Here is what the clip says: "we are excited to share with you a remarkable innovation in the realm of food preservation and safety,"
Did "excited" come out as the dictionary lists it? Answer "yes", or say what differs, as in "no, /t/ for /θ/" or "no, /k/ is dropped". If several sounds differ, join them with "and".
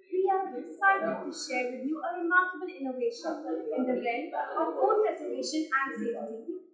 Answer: no, /k/ is dropped